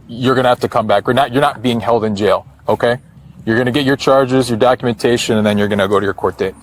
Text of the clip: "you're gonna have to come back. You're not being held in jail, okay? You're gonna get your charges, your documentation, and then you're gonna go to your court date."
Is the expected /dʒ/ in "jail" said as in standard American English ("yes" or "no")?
yes